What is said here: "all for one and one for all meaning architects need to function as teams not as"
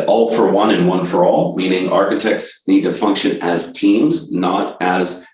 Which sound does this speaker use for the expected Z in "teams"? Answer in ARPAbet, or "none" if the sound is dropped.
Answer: Z